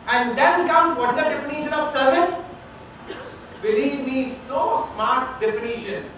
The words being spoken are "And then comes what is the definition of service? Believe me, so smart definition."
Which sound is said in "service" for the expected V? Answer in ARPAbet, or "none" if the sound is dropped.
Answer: V